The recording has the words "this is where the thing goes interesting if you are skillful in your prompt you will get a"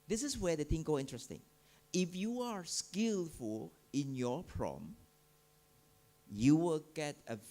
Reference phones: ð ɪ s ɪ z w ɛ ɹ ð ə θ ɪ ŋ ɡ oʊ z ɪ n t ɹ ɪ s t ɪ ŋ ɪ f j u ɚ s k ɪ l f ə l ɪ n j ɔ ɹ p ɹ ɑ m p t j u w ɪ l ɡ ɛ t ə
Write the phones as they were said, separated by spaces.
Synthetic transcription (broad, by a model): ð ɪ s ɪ s w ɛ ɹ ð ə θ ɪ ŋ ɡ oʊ ɪ n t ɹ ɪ s t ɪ ŋ ɪ f j u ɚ s k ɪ l f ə l ɪ n j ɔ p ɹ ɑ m j u w ɪ l ɡ ɛ t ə